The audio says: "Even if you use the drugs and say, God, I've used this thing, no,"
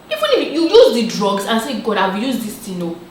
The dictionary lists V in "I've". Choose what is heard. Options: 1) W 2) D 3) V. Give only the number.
1